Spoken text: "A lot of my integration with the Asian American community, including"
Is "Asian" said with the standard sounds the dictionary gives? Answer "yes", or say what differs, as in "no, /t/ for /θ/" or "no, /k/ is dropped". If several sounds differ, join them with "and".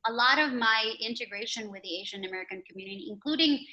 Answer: yes